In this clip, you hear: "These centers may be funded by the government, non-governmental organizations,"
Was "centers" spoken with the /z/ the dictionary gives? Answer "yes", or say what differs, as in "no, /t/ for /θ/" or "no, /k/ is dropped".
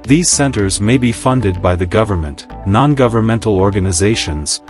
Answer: yes